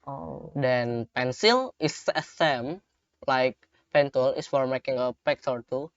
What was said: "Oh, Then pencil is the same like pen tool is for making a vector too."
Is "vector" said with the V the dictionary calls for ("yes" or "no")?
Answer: no